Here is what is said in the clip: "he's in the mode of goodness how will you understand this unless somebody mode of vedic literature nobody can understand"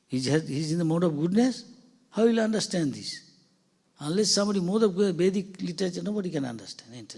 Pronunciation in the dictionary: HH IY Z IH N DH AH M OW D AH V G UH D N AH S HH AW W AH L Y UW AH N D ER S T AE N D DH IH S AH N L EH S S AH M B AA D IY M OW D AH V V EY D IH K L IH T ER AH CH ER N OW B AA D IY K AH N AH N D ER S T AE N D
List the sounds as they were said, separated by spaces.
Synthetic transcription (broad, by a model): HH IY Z IH N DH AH M OW D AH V G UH D N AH S HH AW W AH L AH N D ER S T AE N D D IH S AH N L EH S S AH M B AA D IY M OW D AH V B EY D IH K L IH T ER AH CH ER N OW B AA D IY K AH N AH N D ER S T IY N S